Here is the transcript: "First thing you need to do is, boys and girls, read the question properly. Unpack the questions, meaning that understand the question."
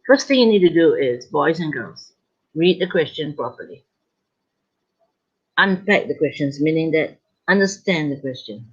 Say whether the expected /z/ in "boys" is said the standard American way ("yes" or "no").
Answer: yes